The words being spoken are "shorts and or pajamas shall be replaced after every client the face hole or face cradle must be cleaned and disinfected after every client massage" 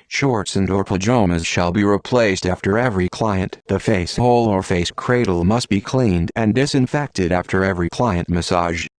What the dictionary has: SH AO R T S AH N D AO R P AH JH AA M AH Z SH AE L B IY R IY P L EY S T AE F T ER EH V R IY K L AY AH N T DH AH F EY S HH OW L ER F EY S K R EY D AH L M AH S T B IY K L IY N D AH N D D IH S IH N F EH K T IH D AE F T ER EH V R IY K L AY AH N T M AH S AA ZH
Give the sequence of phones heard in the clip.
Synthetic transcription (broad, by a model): SH AO R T S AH N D AO R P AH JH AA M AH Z SH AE L B IY R IY P L EY S T AE F T ER EH V R IY K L AY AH N DH AH F EY S HH OW L ER F EY S K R EY D L M AH S T B IY K L IY N D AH N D D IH S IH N F EH K T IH D AE F T ER EH V R IY K L AY AH N T M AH S AA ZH